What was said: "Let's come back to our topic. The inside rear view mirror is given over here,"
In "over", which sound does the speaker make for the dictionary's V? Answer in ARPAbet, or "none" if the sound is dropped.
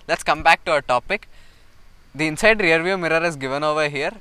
V